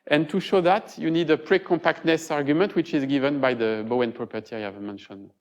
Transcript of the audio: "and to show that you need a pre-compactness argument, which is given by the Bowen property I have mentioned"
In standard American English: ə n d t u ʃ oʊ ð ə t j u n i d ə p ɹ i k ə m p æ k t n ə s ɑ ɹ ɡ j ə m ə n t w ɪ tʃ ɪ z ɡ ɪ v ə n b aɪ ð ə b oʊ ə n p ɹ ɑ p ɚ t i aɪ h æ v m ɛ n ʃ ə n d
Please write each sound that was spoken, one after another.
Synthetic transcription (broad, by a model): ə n t u ʃ oʊ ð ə t j u n i d ə p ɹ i k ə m p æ k t n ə s ɑ ɹ ɡ j ə m ə n t w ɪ tʃ ɪ z ɡ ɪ v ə n b aɪ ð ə b oʊ ə n p ɹ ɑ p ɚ t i aɪ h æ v m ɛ n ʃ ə n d